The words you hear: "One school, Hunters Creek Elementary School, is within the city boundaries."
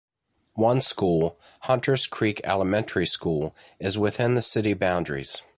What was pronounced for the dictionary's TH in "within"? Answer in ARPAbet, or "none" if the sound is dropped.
TH